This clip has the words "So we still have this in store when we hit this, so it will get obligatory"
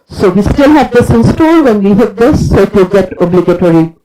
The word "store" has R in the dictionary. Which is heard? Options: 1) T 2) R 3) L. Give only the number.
3